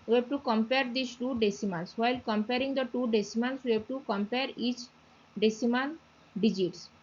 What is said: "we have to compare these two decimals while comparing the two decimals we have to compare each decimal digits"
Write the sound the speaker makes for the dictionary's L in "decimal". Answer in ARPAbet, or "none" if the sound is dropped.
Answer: N